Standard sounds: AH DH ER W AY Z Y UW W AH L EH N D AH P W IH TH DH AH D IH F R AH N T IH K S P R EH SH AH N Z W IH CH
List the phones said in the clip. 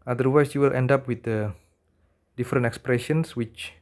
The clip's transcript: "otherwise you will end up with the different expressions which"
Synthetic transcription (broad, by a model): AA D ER W AY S Y UW W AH L EH N D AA P W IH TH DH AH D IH F R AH N T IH K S P R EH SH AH N S W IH CH